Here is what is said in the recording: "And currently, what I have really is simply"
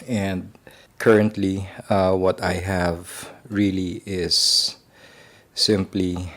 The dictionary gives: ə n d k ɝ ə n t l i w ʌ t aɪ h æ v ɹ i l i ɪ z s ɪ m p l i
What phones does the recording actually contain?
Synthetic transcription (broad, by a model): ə n d k ɝ ə n t l i w ʌ t aɪ h æ v ɹ i l i ɪ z s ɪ m p l i